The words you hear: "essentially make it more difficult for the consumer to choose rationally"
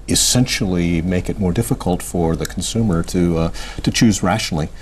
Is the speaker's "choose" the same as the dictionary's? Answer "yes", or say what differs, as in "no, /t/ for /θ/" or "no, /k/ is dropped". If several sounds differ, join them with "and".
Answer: yes